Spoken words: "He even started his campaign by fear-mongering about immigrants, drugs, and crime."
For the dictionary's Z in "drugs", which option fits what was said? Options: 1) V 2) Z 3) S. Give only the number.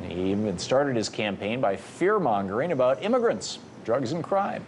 2